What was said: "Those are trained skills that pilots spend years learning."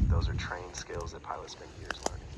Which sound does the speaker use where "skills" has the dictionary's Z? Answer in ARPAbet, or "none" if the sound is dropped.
Z